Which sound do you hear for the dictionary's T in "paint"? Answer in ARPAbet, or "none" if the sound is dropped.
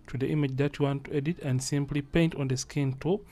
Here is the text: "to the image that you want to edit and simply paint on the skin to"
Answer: T